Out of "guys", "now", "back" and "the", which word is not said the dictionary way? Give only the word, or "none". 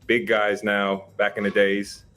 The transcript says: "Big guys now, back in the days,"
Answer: none